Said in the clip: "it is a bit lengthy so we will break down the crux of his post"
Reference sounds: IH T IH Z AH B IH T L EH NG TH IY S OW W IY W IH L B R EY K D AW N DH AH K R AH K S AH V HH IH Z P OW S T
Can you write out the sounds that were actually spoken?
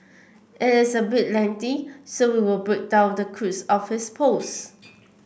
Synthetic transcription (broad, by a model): IH T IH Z AH B IH T L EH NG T IY S OW W IY W IH L B R EY K D AW N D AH K R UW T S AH F HH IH S P OW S